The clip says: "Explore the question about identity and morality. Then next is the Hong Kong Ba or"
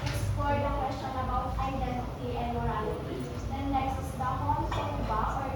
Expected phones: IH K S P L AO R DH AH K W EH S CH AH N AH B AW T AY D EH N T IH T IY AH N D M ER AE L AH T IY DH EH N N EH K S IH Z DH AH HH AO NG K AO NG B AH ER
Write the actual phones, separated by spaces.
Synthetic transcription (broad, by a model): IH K S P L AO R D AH K W EH S CH AH N AH B AW T AY D EH N T IH T IY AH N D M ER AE L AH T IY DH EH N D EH S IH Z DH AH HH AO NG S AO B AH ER